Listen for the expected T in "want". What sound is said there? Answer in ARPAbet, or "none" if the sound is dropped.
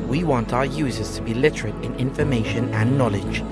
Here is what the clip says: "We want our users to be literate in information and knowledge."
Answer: T